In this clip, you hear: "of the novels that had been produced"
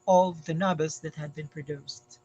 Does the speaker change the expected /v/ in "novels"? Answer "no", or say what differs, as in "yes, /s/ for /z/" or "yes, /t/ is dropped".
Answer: yes, /b/ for /v/